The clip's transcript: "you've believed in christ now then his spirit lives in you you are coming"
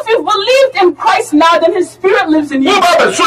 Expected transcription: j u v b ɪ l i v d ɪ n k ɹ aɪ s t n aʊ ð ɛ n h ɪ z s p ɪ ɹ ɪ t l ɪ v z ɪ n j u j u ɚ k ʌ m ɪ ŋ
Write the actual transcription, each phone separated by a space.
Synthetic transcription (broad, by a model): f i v b ɪ l i v d ɪ n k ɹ aɪ s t n aʊ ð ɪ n h ɪ z s p ɪ ɹ ɪ t l ɪ v z ɪ n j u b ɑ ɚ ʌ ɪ